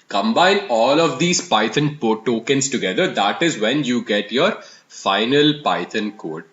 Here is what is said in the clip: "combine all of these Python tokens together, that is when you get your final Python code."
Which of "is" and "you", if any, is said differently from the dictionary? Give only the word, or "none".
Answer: none